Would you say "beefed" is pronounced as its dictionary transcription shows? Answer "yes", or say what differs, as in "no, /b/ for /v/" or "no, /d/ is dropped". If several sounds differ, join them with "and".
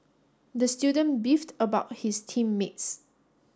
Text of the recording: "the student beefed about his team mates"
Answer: yes